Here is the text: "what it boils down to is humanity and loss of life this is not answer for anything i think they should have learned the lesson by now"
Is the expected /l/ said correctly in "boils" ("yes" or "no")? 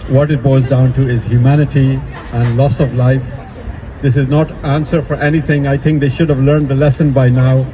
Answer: no